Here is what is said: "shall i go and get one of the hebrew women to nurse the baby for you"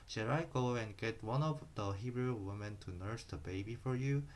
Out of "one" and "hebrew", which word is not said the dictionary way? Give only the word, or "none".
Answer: none